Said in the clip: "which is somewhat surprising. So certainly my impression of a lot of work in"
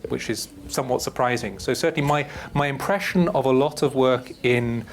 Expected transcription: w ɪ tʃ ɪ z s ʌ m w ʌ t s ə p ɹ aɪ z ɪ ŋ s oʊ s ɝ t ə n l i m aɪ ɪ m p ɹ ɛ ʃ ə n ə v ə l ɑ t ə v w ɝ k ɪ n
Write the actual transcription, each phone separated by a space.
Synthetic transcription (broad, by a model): w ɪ tʃ ɪ z s ʌ m w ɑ t s ə p ɹ aɪ z ɪ ŋ s oʊ s ɝ t n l i m aɪ ɪ m p ɹ ɛ ʃ ə n ə v ə l ɑ t ə v w ɝ k ɪ n